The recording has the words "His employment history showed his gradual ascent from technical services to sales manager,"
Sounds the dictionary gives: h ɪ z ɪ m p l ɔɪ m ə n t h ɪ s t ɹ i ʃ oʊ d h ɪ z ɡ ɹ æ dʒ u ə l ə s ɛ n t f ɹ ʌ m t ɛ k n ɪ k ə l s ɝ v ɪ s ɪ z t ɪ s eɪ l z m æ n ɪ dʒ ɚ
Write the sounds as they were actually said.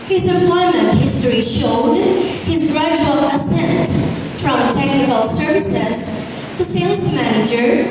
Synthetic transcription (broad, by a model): h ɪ z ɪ p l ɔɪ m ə n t h ɪ s t ɹ i ʃ oʊ d h ɪ z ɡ ɹ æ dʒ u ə l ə s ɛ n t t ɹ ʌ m t ɛ k n ɪ k ə l s ɝ v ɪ s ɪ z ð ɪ s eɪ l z m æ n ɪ dʒ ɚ